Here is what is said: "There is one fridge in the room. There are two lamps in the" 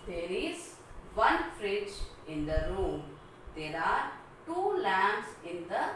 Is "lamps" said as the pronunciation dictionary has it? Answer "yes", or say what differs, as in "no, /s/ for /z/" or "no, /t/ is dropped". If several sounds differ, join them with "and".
no, /p/ is dropped